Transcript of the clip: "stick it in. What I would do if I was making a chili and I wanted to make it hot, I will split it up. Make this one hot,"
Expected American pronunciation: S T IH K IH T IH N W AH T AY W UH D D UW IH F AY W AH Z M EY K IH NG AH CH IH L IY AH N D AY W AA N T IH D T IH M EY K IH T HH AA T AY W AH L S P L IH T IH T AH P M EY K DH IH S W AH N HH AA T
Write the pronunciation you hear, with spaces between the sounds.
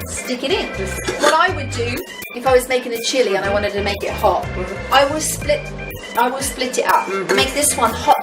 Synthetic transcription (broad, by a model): S T IH K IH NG IH N W AH T AY W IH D D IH IH F AY W AH Z M EY K IH NG AH CH IH L IY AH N AY W AA N T IH D T IH M EY K IH T HH AA T AY W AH L S P L IH T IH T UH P M EY K DH IH S W AH N HH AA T